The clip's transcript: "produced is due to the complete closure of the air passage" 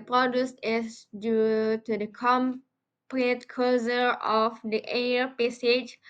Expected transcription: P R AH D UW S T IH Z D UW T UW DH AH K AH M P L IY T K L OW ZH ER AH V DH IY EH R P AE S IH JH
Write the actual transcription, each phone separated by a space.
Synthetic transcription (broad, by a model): P R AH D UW S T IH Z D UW T UW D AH K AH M P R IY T K OW Z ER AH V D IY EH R P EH S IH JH